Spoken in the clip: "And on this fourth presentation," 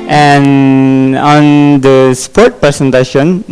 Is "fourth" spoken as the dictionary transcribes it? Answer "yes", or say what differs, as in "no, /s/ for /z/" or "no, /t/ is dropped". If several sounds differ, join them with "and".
no, /p/ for /f/ and /t/ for /θ/